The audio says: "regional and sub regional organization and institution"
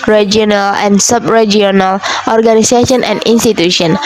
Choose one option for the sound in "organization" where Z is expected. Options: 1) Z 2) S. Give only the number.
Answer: 2